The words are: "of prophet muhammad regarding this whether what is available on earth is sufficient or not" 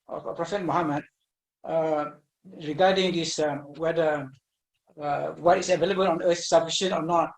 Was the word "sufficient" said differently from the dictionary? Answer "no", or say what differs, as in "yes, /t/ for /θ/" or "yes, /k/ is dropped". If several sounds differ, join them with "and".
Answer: yes, /t/ is dropped